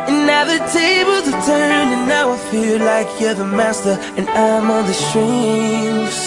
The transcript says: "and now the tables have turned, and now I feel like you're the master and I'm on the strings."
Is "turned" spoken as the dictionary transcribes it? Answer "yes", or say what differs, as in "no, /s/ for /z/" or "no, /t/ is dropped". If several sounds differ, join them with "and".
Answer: no, /d/ is dropped